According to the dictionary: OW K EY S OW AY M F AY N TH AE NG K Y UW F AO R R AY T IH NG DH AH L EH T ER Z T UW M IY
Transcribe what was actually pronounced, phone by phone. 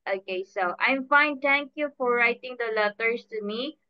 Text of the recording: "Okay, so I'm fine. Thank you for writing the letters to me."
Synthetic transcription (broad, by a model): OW K EY S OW AY M F AY N T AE NG K Y UW F AO R R AY T IH NG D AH L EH T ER S T UW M IY